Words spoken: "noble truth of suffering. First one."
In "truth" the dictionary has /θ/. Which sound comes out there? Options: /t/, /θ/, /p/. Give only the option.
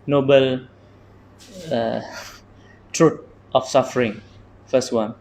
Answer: /t/